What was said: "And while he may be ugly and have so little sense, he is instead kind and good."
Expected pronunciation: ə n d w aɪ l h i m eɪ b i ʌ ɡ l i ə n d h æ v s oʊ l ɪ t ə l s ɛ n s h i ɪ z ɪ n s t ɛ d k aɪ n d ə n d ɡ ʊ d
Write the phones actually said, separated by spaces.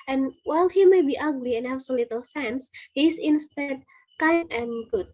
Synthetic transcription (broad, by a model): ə n w aɪ l h i m eɪ b i ʌ ɡ l i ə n h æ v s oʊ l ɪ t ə l s ɛ n s h i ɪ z ɪ n s t ɛ d k aɪ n ə n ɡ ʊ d